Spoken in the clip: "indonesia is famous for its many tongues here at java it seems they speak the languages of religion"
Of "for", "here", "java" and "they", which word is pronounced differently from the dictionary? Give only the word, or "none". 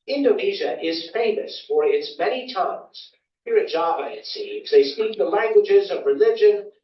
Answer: java